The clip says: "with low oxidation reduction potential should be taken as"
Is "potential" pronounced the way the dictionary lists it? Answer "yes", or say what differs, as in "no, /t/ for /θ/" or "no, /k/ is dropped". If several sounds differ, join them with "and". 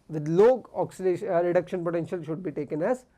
yes